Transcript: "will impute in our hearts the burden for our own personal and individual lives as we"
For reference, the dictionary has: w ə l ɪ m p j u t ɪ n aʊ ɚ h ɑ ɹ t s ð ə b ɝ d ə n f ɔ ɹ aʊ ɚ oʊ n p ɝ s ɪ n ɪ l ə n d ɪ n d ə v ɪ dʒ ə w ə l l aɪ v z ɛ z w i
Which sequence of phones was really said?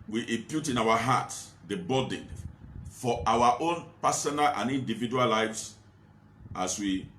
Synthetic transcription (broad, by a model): w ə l ɪ m p j u t ɪ n aʊ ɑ h ɑ t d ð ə b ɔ d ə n f ɔ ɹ aʊ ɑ oʊ n p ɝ s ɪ n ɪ l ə n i n d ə v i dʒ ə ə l l aɪ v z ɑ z w i